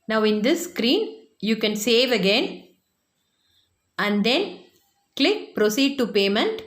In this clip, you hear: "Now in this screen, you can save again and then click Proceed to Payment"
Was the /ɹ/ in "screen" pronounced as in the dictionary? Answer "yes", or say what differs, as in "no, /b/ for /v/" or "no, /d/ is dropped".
yes